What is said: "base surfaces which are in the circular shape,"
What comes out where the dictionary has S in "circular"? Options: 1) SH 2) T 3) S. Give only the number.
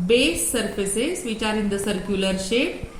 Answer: 3